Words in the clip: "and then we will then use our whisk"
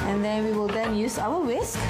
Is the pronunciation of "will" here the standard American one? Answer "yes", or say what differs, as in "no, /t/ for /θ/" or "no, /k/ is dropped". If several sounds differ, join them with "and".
yes